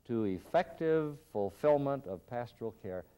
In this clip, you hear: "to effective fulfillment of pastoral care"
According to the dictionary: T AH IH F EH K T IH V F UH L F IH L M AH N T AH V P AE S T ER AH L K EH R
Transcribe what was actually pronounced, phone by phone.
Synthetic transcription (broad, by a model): T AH IH F EH K T IH V F UH L F IH L M AH N T AH V P AE S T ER L K EH R